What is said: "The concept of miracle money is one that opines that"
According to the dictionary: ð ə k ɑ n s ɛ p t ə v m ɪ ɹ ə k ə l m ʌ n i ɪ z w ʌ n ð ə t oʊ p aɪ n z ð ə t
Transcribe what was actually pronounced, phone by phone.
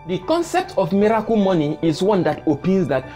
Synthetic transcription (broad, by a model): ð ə k ɑ n s ɛ p t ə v m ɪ ɹ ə k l m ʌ n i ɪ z w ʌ n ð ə t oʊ p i n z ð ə t